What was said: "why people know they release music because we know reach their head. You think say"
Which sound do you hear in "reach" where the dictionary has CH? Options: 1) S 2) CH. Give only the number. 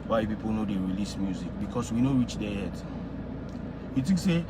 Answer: 2